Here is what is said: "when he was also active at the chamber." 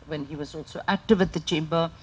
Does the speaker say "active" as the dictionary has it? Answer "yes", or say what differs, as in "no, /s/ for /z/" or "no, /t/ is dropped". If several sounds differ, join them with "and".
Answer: yes